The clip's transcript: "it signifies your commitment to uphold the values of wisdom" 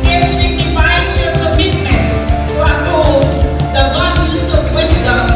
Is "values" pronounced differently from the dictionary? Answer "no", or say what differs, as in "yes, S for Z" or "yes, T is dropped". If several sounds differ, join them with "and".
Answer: yes, N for L